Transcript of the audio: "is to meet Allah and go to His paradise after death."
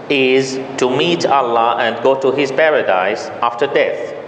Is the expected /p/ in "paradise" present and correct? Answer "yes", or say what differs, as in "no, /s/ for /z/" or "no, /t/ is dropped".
yes